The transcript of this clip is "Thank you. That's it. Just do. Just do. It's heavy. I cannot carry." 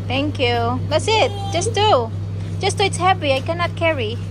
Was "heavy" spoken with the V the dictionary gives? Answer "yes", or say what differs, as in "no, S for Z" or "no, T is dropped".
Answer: no, P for V